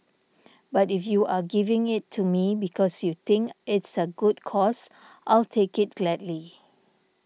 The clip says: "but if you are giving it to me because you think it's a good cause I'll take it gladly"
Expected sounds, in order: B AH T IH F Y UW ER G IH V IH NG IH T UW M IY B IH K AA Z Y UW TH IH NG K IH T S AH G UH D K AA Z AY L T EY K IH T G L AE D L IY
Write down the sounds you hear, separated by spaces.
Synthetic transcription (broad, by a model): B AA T IH F Y UW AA G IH V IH NG IH T UW M IY B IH K AA S Y UW T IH NG K IH T S AH G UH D K AA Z AY L T EY K IH T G L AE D L IY